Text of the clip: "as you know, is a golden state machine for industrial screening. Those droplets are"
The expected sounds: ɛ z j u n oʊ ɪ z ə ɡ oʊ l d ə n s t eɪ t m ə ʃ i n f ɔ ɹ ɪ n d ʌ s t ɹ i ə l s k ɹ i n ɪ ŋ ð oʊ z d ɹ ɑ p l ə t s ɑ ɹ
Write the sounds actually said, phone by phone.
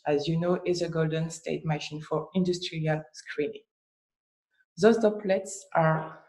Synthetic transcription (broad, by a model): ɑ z j u n oʊ ɪ z ə ɡ oʊ l d ə n s t eɪ t m ə ʃ i n f ɔ ɹ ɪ n d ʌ s t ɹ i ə l s k ɹ i n ɪ ŋ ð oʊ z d ɑ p l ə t s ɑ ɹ